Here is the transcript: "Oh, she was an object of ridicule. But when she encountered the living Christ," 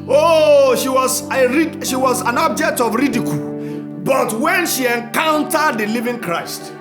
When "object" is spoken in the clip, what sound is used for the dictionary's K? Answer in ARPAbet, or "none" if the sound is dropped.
K